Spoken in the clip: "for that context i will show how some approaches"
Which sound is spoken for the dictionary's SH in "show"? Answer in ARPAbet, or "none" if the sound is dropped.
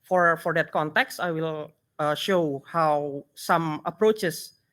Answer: SH